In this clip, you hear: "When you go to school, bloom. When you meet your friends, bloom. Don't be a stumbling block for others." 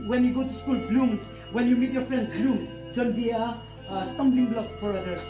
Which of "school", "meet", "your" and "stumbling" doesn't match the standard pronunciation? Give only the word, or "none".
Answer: stumbling